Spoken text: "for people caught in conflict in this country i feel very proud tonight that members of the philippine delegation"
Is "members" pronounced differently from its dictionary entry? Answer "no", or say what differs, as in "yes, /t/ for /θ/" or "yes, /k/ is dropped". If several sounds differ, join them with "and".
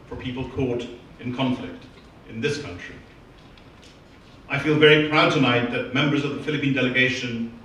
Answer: no